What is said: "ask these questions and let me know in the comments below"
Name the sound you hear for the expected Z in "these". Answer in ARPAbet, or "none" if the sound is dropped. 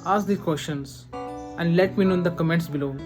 none